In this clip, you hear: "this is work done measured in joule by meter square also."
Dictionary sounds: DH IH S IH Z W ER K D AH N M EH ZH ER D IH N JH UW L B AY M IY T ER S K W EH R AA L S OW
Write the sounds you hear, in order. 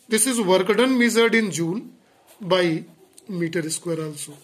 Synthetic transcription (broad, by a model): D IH S IH Z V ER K D AH N M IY Z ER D IH N JH UW N B AY M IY T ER S K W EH R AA L S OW